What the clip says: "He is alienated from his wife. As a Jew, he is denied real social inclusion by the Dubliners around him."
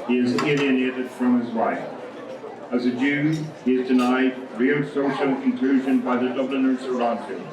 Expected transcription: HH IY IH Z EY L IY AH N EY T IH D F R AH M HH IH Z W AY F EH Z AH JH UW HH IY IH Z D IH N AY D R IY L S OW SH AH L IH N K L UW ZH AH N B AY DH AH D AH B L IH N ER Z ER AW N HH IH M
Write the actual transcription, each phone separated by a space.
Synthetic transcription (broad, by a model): HH IY IH Z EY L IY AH N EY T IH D F R AH M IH Z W AY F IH Z AH JH UW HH IY IH Z D IH N AY D R IY L S OW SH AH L IH N K L UW ZH AH N B AY DH AH D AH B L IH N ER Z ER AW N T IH